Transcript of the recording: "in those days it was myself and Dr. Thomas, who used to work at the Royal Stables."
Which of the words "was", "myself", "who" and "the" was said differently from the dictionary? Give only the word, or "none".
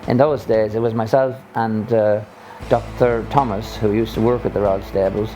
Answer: none